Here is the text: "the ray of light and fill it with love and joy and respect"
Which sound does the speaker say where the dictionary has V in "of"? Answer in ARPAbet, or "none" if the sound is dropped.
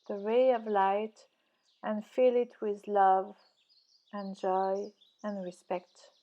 V